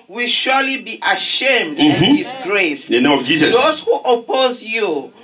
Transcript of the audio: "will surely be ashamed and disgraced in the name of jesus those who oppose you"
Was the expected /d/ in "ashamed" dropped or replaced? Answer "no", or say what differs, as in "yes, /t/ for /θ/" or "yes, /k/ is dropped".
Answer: no